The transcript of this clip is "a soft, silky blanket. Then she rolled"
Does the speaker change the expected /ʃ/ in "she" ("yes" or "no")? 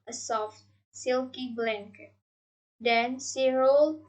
yes